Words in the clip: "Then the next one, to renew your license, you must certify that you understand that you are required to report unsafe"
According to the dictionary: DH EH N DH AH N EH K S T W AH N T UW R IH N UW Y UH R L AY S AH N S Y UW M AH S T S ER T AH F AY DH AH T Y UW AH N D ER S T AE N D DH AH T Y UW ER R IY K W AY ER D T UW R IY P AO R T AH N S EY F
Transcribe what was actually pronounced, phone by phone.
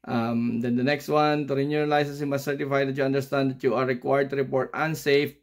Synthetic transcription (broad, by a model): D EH N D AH N EH K S T W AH N T UW R IH N UW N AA L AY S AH S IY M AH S S ER T AH F AY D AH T Y UW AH N D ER S T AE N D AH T Y UW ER R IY K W AY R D T UW R IY P AO R T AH N S EY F